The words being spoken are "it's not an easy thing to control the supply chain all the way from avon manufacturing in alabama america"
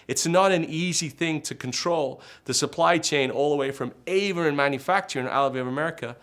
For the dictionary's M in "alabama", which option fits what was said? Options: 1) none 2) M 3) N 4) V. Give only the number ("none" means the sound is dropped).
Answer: 1